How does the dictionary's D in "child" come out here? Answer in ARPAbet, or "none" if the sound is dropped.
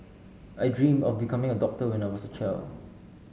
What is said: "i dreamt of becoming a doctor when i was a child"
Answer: none